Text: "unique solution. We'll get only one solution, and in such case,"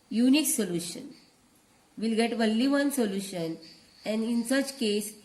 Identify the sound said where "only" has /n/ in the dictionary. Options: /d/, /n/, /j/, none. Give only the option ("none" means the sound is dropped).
none